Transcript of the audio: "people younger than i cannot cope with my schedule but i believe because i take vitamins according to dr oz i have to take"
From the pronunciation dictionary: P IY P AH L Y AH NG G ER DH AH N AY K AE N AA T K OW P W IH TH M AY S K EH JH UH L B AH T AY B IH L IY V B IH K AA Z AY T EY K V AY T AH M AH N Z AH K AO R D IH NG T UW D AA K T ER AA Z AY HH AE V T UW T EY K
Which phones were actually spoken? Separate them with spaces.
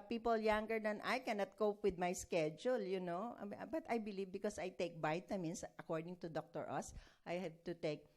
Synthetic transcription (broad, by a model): P IY P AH L Y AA NG G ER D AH N AY K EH N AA T K OW P W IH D M AY S K EH JH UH L B AH T AY B IH L IY V B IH K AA S AY T EY K B AY T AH M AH N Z AH K AO R D IH NG T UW D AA K T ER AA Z AY HH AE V T UW T EY K